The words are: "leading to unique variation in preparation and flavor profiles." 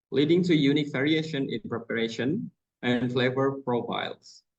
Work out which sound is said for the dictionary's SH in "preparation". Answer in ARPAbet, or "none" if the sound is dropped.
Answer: SH